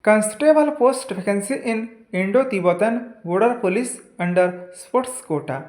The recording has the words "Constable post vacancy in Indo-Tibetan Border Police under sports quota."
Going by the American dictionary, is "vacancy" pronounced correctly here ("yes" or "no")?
no